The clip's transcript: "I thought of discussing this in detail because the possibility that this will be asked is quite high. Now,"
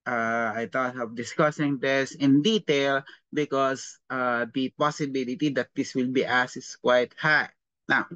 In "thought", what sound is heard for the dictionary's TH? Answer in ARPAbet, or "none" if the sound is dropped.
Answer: T